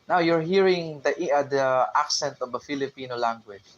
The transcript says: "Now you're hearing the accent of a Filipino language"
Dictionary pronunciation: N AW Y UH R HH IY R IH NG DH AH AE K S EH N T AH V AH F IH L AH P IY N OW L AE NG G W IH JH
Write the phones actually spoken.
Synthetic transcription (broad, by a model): N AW Y UH R HH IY R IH NG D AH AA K S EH N T AH V AH F IH L AH P IY N OW L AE NG G W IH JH